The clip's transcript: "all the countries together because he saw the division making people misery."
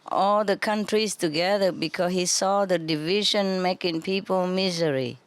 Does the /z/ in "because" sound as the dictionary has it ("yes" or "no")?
no